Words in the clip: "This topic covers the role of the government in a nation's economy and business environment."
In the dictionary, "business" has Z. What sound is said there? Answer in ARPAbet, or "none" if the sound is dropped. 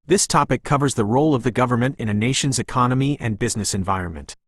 Z